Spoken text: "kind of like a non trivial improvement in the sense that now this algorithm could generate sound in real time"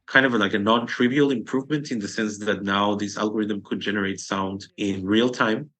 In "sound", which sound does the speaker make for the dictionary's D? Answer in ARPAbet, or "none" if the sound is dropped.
D